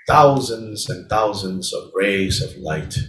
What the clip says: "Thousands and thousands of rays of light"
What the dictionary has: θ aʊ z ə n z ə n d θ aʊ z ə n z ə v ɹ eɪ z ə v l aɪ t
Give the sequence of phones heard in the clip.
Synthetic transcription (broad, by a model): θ aʊ z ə n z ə n θ aʊ z ə n z ə v ɹ eɪ z ə v l aɪ t